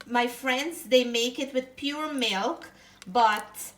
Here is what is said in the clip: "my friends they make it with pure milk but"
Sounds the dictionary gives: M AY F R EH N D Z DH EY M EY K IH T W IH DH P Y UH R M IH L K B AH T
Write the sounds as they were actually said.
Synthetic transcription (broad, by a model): M AY F R EH N D Z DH EY M EY K IH T W IH DH P Y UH R M IH L K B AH T